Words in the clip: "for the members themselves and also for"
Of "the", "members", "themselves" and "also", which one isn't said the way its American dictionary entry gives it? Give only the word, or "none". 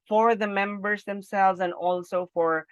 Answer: none